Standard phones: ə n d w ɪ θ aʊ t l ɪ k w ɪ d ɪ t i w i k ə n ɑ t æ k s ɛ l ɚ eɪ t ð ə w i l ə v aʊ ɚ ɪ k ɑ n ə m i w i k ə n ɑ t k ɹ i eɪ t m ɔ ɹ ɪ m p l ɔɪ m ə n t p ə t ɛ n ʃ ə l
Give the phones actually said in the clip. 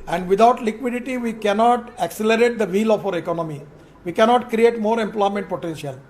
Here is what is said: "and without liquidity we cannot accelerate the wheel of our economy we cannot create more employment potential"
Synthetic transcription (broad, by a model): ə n d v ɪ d aʊ t l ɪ k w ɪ d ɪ t i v i k ə n ɑ t æ k s ɛ l ɚ eɪ t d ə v i l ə f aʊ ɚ ɪ k ɑ n ə m i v i k ə n ɑ t k ɹ i eɪ t m ɔ ɹ ɪ m p l ɔɪ m ə n t p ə t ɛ n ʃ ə l